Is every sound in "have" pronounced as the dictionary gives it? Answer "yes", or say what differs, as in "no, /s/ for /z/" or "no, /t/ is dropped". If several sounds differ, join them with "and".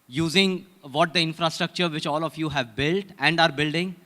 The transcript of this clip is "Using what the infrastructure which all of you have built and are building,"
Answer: yes